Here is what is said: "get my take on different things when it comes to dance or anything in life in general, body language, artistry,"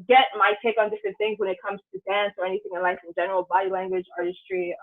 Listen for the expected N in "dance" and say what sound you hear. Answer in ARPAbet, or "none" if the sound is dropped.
N